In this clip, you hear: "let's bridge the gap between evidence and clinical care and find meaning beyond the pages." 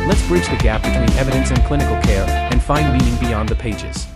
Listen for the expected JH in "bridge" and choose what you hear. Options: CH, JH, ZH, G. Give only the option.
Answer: CH